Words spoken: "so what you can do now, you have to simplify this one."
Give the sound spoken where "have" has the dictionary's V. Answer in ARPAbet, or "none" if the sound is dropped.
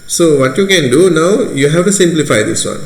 F